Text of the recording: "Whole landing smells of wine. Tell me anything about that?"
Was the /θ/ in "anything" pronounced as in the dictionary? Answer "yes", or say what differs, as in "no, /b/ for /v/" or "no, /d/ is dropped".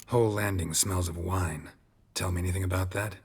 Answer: yes